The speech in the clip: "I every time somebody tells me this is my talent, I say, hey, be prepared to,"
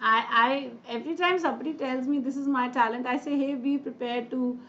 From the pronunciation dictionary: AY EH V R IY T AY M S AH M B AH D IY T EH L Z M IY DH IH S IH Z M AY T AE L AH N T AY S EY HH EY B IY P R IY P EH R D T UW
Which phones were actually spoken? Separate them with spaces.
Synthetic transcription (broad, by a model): AY EH V R IY T AY M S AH B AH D IY T EH L Z M IY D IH S IH Z M AY T AE L AH N T AY S EY HH EY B IY P R IY P EH R D T UW